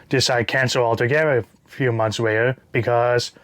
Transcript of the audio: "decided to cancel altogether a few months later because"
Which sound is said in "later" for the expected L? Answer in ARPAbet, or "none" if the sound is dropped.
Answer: W